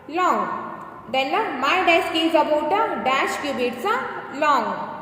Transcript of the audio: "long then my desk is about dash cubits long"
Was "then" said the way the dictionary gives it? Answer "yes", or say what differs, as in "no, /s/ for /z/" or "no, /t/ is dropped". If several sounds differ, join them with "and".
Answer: no, /l/ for /n/